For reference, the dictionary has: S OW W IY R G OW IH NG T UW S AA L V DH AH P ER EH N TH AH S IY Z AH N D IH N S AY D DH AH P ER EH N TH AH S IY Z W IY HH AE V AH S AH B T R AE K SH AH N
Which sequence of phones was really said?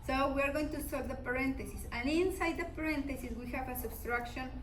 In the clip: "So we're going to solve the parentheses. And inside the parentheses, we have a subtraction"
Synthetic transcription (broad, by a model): S OW W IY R G OW IH NG T UW S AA V DH AH P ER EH N T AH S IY S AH N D IH N S AY D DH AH P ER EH N T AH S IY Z W IY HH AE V AH S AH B T R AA K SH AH N